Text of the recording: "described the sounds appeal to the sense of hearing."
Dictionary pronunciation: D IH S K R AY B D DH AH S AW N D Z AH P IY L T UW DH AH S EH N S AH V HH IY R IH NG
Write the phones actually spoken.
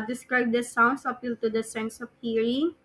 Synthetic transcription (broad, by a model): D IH S K R AY B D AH S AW N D S AH P IY L T UW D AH S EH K S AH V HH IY R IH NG